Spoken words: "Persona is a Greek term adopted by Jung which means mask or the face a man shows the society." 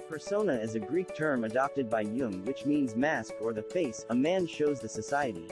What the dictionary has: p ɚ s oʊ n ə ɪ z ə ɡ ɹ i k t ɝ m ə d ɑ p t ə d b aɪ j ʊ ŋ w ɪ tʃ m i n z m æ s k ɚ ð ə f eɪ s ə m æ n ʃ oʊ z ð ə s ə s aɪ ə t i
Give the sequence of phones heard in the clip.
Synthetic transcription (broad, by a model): p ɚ s oʊ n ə ɪ z ə ɡ ɹ i k t ɝ m ə d ɑ p t ə d b aɪ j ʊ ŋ w ɪ tʃ m i n z m æ s k ɚ ð ə f eɪ s ə m æ n ʃ oʊ z ð ə s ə s aɪ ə t i